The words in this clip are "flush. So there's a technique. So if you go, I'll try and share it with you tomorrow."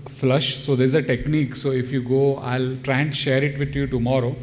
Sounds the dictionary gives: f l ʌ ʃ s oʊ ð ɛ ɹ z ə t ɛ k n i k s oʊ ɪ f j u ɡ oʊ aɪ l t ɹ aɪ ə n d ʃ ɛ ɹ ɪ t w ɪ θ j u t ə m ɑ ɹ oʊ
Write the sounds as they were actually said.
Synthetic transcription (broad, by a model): f l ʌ ʃ s oʊ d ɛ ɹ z ə t ɛ k n i k s oʊ ɪ f j u ɡ oʊ aɪ l t ɹ aɪ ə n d ʃ ɛ ɹ ɪ t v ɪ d j u t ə m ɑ ɹ oʊ